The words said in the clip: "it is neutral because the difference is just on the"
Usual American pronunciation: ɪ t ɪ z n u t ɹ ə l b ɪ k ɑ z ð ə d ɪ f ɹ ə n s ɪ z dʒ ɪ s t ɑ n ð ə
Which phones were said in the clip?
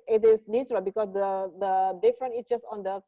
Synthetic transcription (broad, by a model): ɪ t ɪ s n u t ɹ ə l b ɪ k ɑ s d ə d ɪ f ɹ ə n ɪ s dʒ ɪ s t ɑ n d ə